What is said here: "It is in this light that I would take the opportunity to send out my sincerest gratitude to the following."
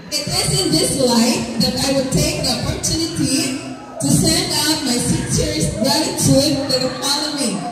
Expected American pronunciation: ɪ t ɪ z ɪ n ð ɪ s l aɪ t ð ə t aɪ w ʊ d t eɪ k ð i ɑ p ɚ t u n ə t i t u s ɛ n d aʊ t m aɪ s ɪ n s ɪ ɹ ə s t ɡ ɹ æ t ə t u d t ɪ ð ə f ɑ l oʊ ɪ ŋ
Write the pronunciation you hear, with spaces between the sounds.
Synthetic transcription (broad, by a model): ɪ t ɪ z ɪ n ð ɪ s l aɪ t ð ə t aɪ w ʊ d t eɪ k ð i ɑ p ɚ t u n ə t i t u s ɛ n d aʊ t m aɪ s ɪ s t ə ɹ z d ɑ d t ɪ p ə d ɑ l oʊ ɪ